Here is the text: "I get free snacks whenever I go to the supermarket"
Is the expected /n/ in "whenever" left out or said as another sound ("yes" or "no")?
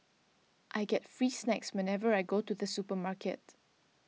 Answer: no